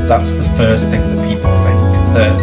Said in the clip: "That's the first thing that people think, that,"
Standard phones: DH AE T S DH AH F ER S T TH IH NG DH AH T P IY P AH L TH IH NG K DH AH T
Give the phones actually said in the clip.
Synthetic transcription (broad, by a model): DH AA T S DH AH F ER S TH IH NG DH AH T P IY P AH L F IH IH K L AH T